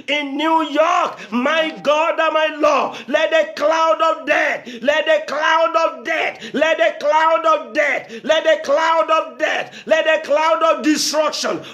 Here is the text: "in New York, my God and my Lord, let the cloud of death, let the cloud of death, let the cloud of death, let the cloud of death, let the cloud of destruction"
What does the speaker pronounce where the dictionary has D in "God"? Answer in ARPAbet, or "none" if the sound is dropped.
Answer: D